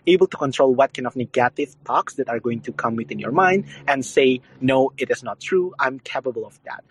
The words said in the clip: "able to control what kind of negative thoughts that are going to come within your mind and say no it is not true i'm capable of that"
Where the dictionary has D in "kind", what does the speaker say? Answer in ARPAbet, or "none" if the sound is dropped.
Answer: none